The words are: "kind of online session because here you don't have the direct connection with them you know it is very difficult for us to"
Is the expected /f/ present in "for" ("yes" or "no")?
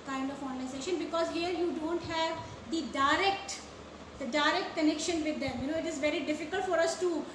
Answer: yes